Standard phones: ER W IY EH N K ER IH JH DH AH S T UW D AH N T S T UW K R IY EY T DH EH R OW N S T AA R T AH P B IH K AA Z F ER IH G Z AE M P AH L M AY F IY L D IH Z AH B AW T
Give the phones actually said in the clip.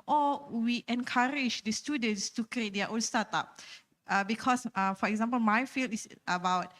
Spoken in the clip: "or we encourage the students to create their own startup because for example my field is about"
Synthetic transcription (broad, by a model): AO W IY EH N K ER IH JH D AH S T UW D AH N T S T UW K R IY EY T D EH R OW N S T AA T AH P B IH K AA S F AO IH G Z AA M P AH L M AY F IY L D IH S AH B AW T